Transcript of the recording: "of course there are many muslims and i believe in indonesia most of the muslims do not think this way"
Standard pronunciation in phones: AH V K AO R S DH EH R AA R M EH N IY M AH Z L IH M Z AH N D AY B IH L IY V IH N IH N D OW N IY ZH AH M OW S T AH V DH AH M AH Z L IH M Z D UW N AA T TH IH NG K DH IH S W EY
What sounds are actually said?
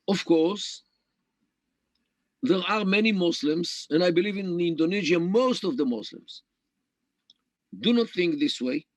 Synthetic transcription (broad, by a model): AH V K AO R S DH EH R AA R M EH N IY M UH S L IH M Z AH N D AY B IH L IY V IH N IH N D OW N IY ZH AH M OW S T AH V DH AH M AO S L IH M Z D UW N AA T TH IH NG K DH IH S W EY